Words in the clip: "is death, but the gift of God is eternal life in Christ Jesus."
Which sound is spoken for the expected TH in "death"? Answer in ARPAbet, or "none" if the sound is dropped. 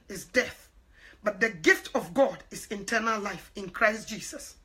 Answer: TH